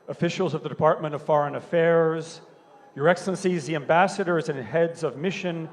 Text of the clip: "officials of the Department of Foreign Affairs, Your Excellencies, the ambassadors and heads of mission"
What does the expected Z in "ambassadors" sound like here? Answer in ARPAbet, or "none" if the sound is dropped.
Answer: Z